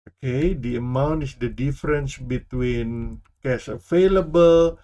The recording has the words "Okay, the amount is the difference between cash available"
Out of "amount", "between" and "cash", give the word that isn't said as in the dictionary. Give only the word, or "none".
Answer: cash